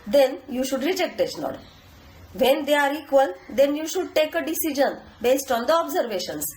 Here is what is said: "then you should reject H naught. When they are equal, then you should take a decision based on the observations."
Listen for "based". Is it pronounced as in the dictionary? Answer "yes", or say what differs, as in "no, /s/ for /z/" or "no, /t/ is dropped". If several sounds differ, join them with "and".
yes